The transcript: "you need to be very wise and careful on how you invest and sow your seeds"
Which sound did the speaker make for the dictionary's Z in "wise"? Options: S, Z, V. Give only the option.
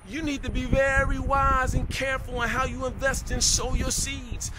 Z